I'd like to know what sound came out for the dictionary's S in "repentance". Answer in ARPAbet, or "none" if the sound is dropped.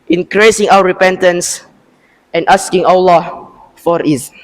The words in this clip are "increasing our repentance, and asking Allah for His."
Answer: S